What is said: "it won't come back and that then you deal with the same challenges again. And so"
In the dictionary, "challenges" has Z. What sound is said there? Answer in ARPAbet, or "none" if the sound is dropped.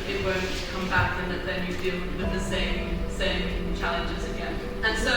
Z